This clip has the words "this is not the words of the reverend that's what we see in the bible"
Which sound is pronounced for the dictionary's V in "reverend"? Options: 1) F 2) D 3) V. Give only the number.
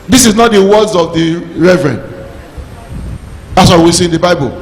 3